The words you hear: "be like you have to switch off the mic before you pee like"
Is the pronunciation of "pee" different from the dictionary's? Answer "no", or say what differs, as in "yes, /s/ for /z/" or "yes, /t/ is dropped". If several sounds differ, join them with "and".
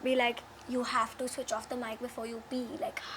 yes, /b/ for /p/